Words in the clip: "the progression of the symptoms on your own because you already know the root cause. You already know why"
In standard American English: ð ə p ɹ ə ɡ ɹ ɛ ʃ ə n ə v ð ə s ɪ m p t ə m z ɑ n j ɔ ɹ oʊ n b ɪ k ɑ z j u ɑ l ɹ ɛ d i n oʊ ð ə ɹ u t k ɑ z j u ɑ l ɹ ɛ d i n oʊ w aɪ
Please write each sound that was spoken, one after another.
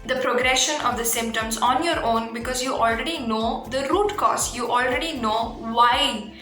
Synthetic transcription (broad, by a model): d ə p ɹ ə ɡ ɹ ɛ ʃ ə n ə v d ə s ɪ m p t ə m z ɑ n j ɔ ɹ oʊ n b ɪ k ɑ z j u ɑ l ɹ ɛ d i n oʊ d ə ɹ u t k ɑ s j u ɑ l ɹ ɛ d i n oʊ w aɪ